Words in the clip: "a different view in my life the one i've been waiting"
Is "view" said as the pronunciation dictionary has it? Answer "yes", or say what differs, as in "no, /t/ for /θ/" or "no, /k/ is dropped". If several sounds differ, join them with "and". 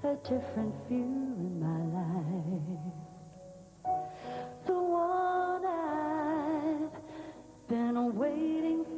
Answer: no, /f/ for /v/